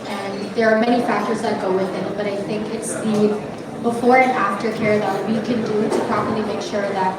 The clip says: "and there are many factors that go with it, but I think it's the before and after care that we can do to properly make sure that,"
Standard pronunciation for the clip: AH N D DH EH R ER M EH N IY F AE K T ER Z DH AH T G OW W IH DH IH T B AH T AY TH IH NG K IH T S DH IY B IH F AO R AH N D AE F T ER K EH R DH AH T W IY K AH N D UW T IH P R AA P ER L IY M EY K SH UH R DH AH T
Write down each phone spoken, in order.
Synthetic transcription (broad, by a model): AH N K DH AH R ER M EH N IY F AE K T ER Z DH AH T G OW W IH DH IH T B AH T AY TH IH NG K IH T S DH IY B IH F AO R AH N AE F T ER K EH R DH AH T W IY K AH N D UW T IH P R AA P ER L IY M EY K SH UH R DH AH T